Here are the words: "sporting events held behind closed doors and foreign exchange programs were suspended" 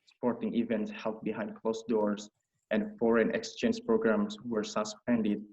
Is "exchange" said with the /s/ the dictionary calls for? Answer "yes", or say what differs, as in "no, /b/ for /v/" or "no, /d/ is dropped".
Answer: yes